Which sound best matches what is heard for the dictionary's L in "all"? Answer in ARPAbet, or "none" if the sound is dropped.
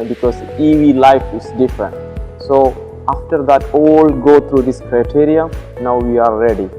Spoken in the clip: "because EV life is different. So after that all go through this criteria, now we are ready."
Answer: L